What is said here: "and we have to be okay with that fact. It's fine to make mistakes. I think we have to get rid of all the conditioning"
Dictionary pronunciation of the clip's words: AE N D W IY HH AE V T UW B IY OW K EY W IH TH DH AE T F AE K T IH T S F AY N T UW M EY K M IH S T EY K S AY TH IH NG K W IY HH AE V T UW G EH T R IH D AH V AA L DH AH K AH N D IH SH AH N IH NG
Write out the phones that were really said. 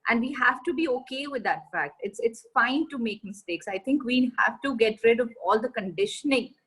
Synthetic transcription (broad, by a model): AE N D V IY HH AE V T UW B IY OW K EY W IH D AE T F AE K T IH T S F AY N T UW M EY K M IH S T EY K S AY T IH NG K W IY HH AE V T UW G EH T R IH D AH V AA L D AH K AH N D IH SH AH N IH NG